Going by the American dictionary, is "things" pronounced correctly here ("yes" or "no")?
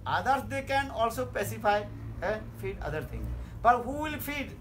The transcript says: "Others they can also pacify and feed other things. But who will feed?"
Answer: no